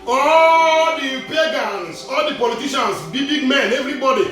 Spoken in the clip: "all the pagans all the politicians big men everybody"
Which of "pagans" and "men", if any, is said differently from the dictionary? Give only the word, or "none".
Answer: pagans